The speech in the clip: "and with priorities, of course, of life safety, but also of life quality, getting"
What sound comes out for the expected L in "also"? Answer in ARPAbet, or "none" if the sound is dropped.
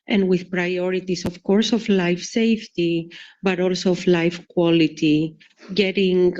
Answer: L